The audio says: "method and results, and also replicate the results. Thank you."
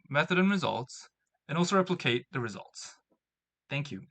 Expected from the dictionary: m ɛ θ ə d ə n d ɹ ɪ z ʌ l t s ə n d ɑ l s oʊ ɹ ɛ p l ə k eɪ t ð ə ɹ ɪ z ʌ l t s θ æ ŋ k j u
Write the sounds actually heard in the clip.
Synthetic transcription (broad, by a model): m ɛ θ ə d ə n ɹ ɪ z ʌ l t s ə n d ɑ l s oʊ ɹ ɛ p l ə k eɪ t ð ə ɹ ɪ z ʌ l t s θ æ ŋ k j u